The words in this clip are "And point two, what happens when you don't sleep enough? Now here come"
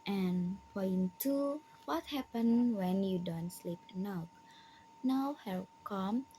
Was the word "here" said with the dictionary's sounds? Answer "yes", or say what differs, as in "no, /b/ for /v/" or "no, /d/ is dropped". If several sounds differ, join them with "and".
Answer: no, /l/ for /ɹ/